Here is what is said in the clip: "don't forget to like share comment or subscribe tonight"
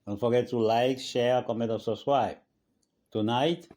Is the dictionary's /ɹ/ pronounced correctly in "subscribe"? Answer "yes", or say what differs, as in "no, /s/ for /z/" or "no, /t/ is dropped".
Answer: no, /w/ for /ɹ/